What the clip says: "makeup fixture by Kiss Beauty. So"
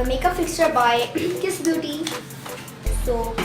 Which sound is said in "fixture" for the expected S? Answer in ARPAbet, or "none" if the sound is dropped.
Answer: S